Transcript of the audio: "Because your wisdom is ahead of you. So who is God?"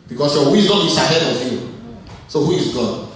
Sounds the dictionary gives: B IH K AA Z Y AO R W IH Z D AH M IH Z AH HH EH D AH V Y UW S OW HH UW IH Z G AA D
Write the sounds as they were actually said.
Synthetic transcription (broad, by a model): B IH K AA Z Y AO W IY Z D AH IH S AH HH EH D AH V Y UW S OW HH UW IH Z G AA